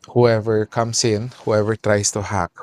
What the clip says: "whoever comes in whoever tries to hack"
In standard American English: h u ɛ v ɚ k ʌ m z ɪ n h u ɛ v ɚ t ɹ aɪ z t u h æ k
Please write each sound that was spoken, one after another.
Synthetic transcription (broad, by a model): h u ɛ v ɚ k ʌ m s ɪ n h u ɛ v ɚ t ɹ aɪ s t u h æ k